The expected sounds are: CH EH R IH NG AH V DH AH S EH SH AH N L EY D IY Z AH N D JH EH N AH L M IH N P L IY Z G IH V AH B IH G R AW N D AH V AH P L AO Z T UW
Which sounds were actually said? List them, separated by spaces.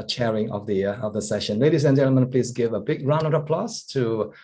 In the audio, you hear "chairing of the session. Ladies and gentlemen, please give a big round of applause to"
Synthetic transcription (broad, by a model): CH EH R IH NG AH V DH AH S EH SH AH N L EY D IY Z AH N JH EH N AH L M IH N P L IY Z G IH V AH B IH G R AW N AH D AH P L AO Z T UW